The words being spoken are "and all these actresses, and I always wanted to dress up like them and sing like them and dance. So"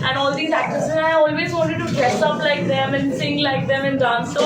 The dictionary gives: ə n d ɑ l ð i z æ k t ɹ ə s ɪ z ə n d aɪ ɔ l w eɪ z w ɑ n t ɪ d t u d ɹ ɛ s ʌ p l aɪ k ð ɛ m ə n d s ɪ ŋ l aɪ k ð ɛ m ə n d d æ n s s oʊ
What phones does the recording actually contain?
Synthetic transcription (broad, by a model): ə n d ɑ l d i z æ k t ə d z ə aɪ ɔ l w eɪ z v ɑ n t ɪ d t u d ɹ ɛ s ʌ p l aɪ k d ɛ m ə n s ɪ ŋ l aɪ k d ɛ m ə n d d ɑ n s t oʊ